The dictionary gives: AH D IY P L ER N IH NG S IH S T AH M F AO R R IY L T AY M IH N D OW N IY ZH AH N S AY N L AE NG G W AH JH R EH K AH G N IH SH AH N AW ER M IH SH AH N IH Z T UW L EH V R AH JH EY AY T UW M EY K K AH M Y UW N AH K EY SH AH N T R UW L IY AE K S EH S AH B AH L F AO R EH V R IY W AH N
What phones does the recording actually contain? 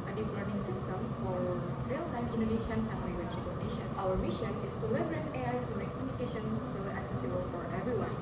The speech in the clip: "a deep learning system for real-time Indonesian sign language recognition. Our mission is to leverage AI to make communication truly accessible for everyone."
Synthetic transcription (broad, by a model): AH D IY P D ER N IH NG S IH S T AH M F AO R R IY L T AY M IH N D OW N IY SH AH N S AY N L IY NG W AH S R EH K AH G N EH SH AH N AW ER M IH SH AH N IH S T UW L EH B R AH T EY AY T UW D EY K K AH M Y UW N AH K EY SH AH N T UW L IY K S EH S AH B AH L F AO R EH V R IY W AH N